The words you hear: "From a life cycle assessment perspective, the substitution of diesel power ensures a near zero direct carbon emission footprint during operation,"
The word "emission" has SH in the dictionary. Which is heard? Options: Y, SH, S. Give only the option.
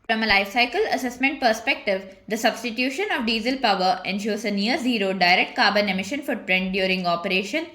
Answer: SH